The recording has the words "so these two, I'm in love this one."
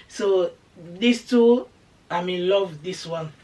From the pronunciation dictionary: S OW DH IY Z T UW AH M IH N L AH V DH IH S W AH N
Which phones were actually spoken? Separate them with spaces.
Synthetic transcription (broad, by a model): S OW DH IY S T UW AH M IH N L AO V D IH S W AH N